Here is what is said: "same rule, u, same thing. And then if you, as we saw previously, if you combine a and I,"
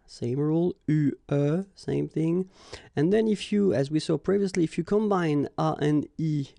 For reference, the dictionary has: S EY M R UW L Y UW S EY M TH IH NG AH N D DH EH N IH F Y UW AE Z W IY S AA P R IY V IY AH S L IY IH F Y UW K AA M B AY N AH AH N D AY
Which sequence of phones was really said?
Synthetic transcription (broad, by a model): S EY M R UW L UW S EY M TH IH NG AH N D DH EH N IH F Y UW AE Z W IY S AA P R IY V IY AH S L IY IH F Y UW K AA M B AY N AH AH N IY